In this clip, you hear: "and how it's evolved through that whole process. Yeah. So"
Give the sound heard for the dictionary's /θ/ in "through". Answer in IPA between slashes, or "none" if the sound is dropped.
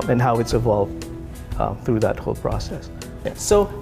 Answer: /θ/